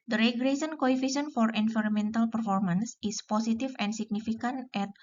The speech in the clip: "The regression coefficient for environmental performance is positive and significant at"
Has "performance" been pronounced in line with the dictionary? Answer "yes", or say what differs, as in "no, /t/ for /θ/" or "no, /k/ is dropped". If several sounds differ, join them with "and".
yes